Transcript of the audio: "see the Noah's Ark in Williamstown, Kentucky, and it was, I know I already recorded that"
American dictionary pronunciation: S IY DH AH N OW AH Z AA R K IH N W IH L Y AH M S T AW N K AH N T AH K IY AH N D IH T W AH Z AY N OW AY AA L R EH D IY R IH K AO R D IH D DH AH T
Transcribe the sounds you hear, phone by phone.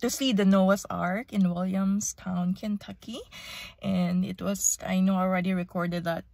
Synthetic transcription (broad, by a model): S IY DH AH N OW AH S AA R K IH N W IH L Y AH M S T AW N K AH N T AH K IY AH N D IH T W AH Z AY N OW AA L R EH D IY R IH K AO R D IH D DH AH T